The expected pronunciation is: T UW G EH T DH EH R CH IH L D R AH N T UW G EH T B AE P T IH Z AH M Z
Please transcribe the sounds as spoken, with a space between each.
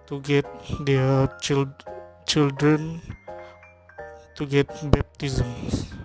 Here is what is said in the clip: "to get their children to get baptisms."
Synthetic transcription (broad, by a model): T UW G EH T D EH L CH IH L D R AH N T UW G EH T B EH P T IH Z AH M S